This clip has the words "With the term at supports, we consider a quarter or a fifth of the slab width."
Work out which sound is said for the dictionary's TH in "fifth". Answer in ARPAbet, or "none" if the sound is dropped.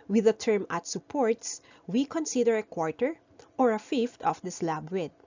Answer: T